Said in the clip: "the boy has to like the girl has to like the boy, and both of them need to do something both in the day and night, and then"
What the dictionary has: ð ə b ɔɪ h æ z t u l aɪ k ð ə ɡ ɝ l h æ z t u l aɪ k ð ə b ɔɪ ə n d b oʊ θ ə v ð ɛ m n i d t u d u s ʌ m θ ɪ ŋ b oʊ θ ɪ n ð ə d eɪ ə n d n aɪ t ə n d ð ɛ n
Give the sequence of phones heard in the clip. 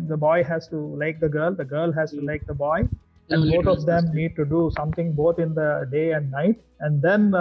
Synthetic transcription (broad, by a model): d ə b ɔɪ h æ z t u l aɪ k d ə ɡ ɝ l h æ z t u l aɪ k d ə b ɔɪ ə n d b oʊ t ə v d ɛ m n i d t u d u s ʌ m t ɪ ŋ b oʊ t ɪ n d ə d eɪ ə n d n aɪ t ə n d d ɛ n